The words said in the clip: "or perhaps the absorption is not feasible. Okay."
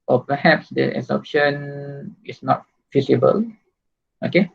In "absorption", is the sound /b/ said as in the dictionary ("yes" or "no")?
no